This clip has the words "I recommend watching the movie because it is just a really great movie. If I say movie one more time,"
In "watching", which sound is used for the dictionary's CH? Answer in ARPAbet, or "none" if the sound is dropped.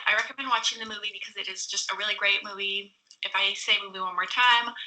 CH